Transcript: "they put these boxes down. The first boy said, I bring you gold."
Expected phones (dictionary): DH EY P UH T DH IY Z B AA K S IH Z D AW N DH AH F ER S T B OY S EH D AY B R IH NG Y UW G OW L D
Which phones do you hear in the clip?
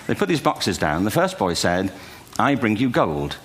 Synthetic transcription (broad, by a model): DH EY P UH T DH IY Z B AA K S IH Z D AW N DH AH F ER S B OY S EH D AY B R IH NG Y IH G OW L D